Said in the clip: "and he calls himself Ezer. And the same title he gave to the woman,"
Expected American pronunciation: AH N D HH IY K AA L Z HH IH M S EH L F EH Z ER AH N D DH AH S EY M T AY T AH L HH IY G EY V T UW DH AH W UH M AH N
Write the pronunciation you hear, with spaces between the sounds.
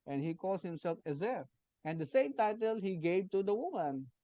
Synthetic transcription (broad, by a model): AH N HH IY K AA L S HH IH M S EH L F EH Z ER AH N D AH S EY M T AY T AH L HH IY G EY V T UW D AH W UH M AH N